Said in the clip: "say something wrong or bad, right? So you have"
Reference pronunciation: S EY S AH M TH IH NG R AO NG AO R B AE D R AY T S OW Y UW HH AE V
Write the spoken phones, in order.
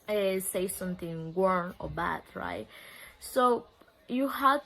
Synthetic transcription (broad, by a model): S EY S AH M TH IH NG W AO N AO R B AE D R AY T S OW Y UW HH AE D